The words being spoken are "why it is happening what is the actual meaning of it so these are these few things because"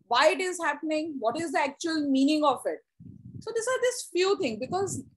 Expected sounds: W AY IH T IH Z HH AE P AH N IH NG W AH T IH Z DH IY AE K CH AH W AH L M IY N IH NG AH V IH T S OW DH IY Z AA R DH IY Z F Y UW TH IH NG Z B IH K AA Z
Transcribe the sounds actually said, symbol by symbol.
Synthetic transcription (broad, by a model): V AY IH T IH Z HH AE P AH N IH NG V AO T IH Z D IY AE K CH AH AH L M IY N IH NG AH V IH T S OW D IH S AA R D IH S F Y UW T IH NG B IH K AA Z